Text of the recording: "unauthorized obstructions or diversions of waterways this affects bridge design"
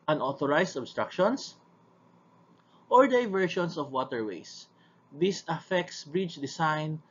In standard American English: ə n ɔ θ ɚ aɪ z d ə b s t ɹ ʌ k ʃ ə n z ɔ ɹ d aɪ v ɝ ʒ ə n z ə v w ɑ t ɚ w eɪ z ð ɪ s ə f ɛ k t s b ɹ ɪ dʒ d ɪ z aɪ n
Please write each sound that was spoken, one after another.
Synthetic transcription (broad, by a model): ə n ɔ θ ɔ aɪ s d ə b s t ɹ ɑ k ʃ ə n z ɔ ɹ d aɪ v ɝ ʃ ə n s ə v w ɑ t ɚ w eɪ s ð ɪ s ə f ɛ k t s b ɹ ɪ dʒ d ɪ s aɪ n